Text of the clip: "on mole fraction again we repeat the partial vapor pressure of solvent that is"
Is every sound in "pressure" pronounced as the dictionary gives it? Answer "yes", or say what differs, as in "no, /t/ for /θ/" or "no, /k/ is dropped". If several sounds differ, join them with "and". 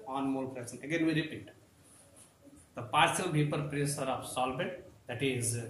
no, /s/ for /ʃ/